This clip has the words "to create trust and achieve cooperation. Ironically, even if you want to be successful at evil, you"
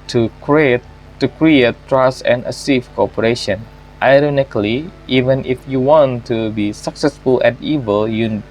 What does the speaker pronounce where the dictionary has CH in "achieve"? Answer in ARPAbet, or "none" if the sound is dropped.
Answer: S